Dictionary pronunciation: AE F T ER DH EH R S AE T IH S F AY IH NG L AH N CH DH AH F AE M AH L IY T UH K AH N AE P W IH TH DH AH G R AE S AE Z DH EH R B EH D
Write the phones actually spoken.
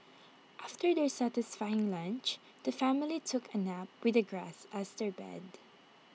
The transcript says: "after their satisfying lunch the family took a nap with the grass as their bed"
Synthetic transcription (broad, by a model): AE F T ER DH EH R S AE T IH S F AY IH NG L AH N CH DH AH F AE M AH L IY T UH K AH N AE P W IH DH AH G R AE S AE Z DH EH R B EH D